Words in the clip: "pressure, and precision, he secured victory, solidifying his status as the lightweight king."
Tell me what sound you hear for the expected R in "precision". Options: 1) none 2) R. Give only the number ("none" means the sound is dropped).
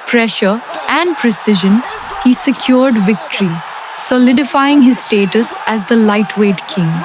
2